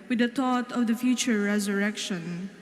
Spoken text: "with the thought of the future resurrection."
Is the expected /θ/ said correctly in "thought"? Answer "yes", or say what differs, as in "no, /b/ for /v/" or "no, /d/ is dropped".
no, /t/ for /θ/